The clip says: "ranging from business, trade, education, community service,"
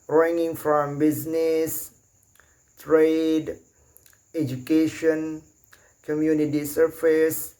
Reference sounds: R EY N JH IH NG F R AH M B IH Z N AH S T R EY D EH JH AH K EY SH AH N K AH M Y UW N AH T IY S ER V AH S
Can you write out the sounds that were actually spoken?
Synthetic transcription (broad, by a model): R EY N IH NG F R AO M B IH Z N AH S T R EY D EH JH AH K EY SH AH N K AH M Y UW N AH T IY S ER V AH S